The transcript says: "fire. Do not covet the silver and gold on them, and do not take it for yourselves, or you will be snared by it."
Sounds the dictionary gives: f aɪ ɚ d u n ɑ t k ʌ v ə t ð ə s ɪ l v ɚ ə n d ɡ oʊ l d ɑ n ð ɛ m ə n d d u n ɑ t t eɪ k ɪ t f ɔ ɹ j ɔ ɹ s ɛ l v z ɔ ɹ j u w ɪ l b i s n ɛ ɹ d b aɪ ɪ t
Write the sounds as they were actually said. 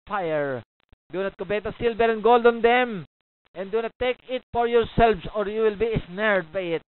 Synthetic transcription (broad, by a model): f aɪ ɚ d u n ɑ t k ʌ b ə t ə s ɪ l b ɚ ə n ɡ oʊ l d ɑ n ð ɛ m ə n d d u n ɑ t t eɪ k ɪ t f ɔ ɹ j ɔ ɹ s ɛ l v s ɔ ɹ j u w ɪ l b i s n ɛ ɹ d b aɪ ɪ t